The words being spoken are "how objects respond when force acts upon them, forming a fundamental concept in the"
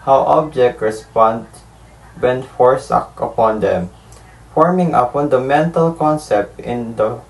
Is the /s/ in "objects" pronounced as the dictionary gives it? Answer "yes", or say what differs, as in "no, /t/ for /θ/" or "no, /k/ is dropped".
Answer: no, /s/ is dropped